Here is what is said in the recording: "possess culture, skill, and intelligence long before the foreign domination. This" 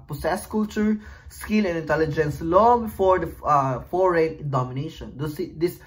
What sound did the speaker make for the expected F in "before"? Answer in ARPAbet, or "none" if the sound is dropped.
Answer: F